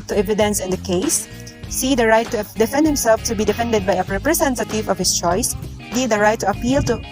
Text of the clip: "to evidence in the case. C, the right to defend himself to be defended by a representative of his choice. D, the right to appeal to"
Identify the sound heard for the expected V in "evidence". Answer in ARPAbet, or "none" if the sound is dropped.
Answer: V